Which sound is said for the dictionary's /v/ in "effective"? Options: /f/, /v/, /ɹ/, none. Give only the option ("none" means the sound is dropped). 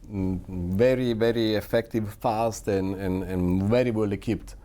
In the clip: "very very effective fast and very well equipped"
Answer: /v/